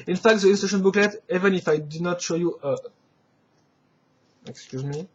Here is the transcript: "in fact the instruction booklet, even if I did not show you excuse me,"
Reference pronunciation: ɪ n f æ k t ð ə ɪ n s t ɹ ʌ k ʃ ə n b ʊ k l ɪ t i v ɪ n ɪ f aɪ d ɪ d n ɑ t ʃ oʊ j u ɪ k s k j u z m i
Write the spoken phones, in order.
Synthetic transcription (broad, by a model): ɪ n f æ k t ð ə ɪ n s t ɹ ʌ ʃ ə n b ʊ k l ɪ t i v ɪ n ɪ f aɪ d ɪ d n ɑ t ʃ oʊ j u ɪ k s k j u z m i